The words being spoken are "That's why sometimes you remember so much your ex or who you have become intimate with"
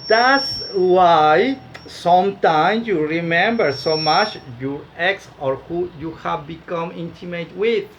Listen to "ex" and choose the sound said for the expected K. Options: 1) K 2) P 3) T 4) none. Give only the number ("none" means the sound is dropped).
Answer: 1